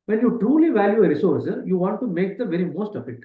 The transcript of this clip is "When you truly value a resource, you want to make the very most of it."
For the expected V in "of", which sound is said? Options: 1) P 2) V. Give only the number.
1